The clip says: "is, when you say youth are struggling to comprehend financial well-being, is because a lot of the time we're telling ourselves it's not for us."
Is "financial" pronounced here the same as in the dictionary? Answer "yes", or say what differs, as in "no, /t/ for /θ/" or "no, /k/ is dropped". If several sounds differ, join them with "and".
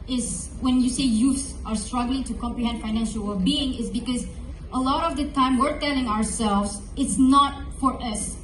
yes